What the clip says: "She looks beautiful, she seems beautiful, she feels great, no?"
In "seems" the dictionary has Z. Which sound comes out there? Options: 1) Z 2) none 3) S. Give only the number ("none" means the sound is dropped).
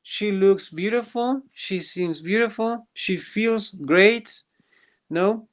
1